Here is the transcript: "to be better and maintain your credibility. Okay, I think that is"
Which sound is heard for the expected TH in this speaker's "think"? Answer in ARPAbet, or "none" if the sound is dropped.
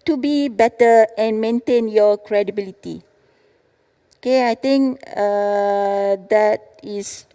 T